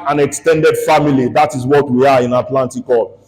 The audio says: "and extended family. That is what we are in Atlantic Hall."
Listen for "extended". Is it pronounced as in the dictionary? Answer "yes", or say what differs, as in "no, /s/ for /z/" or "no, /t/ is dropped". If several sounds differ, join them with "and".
yes